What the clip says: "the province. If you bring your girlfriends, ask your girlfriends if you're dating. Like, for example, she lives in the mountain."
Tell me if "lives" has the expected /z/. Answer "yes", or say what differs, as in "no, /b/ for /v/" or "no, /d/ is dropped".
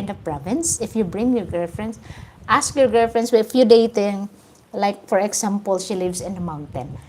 no, /s/ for /z/